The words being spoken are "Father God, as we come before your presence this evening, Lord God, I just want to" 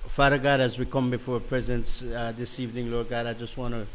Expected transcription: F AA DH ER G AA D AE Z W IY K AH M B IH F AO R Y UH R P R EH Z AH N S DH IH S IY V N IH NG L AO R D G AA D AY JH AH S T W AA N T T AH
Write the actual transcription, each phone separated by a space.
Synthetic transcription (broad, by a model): F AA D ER G AA D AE Z W IY K AH M B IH F AO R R P R EH Z AH N S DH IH S IY V N IH NG L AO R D G AA D AY JH AH S T W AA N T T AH